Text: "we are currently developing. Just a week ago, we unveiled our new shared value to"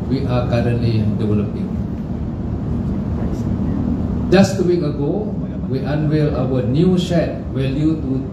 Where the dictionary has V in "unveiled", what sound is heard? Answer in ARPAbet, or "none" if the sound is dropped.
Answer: W